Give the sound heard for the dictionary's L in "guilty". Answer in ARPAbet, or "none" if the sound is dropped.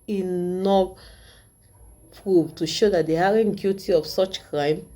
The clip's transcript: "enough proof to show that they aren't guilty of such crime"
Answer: none